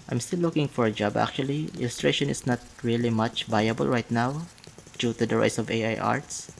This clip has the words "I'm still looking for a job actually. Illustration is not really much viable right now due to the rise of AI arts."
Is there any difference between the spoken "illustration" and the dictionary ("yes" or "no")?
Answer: no